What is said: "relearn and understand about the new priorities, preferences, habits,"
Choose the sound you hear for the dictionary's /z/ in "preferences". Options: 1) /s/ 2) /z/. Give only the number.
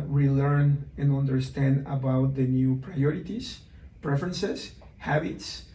1